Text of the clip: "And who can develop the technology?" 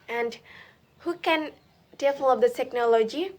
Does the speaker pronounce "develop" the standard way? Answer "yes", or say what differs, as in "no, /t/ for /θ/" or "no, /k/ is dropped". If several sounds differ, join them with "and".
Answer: no, /f/ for /v/